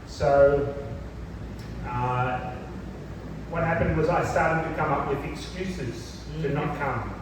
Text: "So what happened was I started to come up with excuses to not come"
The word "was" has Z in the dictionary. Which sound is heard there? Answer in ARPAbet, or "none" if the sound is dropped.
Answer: Z